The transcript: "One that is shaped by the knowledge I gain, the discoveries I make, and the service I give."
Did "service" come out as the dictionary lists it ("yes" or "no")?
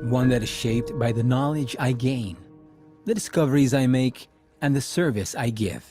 yes